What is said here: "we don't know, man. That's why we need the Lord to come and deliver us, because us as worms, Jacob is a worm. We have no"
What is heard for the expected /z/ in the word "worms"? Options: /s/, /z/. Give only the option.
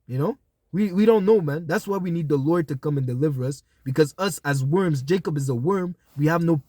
/z/